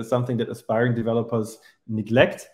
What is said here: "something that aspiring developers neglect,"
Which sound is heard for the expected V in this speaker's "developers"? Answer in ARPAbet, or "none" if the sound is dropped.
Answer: V